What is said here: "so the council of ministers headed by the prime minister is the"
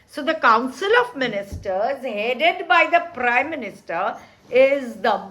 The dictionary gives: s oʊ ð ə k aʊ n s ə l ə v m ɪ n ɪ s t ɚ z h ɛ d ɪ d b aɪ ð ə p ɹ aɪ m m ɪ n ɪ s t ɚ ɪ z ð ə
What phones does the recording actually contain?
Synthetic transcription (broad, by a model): s oʊ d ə k aʊ n s ə l ə v m ɪ n ɪ s t ɚ z h ɛ d ɪ d b aɪ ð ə p ɹ aɪ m m ɪ n ɪ s t ɚ ɪ z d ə